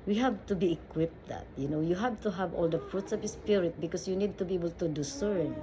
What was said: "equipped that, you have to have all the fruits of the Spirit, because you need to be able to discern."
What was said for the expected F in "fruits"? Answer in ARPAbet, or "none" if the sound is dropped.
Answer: F